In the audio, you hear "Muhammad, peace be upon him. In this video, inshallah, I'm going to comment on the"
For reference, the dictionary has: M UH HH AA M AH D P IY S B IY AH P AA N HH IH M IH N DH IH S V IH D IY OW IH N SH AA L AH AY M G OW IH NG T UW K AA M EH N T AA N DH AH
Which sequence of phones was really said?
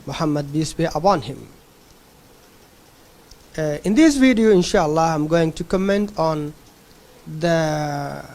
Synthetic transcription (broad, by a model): M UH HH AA M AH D B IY S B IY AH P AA N HH IH M IH N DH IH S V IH D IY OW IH N SH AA L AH AY M G OW IH NG T UW K AA M EH N T AA N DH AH